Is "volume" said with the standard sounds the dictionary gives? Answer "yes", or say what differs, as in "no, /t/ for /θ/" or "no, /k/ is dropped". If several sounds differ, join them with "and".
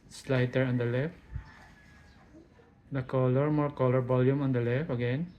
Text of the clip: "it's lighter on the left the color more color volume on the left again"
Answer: no, /b/ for /v/